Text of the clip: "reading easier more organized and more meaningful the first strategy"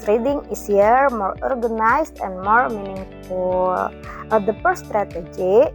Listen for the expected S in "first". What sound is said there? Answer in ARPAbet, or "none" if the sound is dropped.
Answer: none